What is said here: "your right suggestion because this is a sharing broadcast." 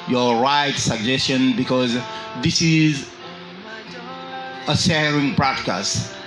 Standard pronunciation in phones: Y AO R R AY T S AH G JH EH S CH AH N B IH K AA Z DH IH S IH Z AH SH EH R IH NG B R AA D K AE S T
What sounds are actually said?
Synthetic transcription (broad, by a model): Y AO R R AY T S AH G JH EH S CH AH N B IH K AA Z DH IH S IH Z AH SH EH R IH NG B R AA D K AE S T